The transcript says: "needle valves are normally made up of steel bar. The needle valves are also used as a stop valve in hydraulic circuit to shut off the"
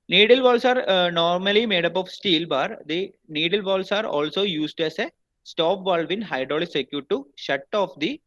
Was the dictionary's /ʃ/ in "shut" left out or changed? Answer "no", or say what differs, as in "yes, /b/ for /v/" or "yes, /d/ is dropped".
no